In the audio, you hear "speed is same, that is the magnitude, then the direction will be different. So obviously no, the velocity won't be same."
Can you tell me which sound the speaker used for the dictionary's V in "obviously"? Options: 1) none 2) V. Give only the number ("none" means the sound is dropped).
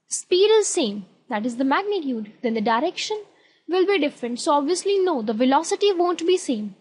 2